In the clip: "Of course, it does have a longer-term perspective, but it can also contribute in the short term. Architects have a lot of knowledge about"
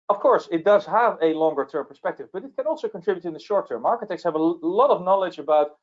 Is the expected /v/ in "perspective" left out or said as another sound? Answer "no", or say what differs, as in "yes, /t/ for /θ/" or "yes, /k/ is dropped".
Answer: no